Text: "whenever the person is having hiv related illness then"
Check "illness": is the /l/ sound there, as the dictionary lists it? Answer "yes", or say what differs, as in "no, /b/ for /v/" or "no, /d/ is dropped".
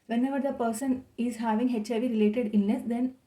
no, /l/ is dropped